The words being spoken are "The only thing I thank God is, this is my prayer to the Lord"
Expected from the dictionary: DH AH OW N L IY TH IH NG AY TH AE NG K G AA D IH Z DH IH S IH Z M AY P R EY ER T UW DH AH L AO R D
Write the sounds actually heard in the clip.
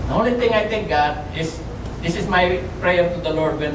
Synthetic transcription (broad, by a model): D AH OW N L IY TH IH NG AY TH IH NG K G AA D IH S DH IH S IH S M AY P R EY ER T UW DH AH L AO R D